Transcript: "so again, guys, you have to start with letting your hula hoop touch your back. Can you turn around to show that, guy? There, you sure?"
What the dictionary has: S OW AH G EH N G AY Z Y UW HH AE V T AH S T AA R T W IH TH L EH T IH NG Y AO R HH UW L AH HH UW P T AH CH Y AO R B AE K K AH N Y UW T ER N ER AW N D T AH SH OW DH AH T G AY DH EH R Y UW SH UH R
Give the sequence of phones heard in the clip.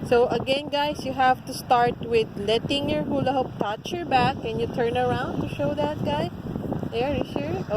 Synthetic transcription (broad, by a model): S OW AH G EH N G AY S Y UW HH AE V T AH S T AA R T W IH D L EH T IH NG Y AO R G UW L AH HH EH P T AH CH Y AO R B AE K K AH N Y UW T ER N ER AW N D T AH SH OW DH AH T G AY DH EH R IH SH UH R